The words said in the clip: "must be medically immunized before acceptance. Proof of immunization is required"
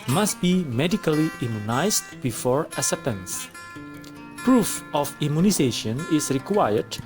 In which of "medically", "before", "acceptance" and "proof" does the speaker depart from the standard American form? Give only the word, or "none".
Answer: acceptance